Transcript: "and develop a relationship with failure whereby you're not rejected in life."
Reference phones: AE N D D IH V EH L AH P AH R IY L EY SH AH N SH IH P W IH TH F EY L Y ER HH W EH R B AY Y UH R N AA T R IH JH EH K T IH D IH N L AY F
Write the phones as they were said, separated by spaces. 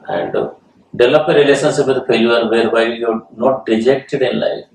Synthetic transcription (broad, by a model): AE N D D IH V L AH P AH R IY L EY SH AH N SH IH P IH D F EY Y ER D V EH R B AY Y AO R N AA T R IH JH EH K T IH D IH N L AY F